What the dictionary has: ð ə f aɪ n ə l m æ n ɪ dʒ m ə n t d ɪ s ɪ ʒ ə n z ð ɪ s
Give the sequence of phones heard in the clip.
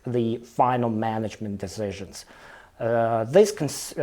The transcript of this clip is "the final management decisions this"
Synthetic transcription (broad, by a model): ð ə f aɪ n l m æ n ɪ dʒ m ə n d ɪ s ɪ ʒ ə n z ð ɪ s